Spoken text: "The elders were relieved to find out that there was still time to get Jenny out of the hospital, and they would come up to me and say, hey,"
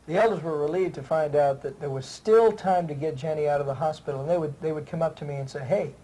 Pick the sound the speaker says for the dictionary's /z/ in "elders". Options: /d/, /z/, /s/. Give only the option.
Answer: /z/